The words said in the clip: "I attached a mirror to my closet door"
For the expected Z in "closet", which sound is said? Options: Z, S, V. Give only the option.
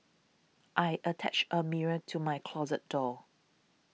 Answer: Z